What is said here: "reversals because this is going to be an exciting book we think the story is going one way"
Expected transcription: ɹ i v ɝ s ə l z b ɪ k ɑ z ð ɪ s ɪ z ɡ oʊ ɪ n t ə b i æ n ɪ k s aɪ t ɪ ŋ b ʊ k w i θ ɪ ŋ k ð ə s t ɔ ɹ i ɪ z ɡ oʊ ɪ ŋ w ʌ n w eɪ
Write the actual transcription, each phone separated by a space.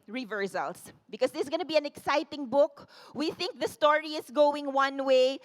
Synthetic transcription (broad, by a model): ɹ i v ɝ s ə l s b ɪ k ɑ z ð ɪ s ɡ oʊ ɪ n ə b i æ n ɪ k s aɪ t ɪ ŋ b ʊ k w i θ ɪ ŋ k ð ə s t ɔ ɹ i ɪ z ɡ oʊ ɪ ŋ w ʌ n w eɪ